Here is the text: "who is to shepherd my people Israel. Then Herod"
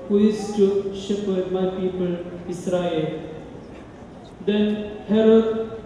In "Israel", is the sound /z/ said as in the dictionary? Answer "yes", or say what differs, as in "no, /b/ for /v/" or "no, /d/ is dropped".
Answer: no, /s/ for /z/